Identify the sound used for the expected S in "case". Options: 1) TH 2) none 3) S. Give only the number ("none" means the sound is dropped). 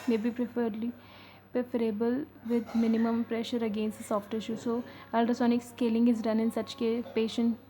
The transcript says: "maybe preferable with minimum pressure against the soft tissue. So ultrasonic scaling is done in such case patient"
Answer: 2